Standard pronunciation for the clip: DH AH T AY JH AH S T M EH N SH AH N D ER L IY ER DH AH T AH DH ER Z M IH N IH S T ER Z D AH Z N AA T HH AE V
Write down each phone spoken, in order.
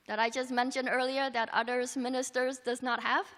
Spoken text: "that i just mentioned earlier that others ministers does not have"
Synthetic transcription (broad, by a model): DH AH T AY JH AH S T M EH N SH AH N D ER L IY ER DH AH T AH DH ER Z M IH N IH S T ER Z D AH Z N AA T HH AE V